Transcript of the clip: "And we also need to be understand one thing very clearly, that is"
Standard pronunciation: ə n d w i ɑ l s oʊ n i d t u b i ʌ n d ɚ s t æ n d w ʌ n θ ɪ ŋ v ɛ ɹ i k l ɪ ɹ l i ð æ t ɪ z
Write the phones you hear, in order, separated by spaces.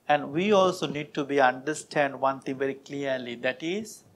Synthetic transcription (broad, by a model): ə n d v i ɑ l s oʊ n i d t u b i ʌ n d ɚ s t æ n d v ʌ n t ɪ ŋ v ɛ ɹ i k l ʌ ɹ l i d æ t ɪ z